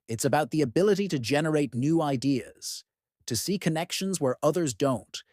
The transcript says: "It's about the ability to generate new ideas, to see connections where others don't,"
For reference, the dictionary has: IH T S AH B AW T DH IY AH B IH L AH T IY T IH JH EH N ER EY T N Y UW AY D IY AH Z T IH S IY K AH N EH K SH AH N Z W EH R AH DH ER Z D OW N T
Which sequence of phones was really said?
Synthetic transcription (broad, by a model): IH T S AH B AW T DH IY AH B IH L AH T IY T IH JH EH N ER EY T N Y UW AY D IY AH Z T IH S IY K AH N EH K SH AH N Z W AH R AH DH ER Z D OW N T